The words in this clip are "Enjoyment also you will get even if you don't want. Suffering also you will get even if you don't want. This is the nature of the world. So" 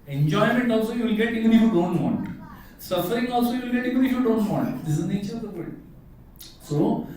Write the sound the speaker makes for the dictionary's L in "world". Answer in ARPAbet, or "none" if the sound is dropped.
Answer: none